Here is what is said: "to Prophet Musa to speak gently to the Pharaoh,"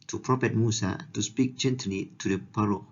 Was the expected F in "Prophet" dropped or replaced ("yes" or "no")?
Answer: yes